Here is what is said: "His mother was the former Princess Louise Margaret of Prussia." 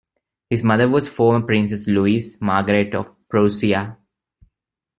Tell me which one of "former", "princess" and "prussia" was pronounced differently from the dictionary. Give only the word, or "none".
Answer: prussia